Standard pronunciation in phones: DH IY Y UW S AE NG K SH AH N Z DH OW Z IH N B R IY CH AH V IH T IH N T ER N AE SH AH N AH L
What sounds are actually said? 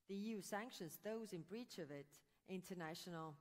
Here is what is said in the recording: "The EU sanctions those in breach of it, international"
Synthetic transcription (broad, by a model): DH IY Y UW S AE NG K SH AH N Z DH OW Z IH N B R IY CH AH V IH T IH N T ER N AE SH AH N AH L